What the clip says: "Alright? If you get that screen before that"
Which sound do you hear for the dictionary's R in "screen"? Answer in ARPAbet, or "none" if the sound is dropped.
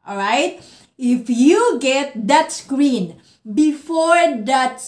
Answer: R